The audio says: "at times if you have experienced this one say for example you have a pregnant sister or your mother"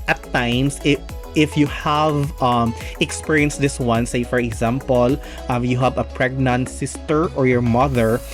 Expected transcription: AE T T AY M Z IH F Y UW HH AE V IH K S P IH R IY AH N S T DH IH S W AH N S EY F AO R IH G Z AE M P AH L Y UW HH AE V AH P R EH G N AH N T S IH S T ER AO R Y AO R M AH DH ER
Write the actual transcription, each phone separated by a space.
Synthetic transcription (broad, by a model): T T AY M S IH F Y UW HH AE V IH K S P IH R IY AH N S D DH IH S W AH N S EY F AO R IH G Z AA M P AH L Y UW HH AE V AH P R EH G N AH N T S IH S T ER AO R Y AO R M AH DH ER